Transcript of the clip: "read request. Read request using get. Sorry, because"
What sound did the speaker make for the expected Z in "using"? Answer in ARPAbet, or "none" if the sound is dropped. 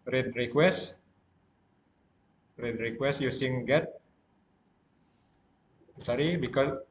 S